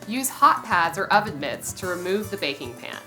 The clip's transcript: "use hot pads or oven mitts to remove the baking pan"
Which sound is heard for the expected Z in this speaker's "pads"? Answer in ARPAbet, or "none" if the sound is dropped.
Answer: Z